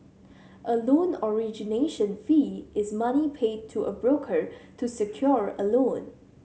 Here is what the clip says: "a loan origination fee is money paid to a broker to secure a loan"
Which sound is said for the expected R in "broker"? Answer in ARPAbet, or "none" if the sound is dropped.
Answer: R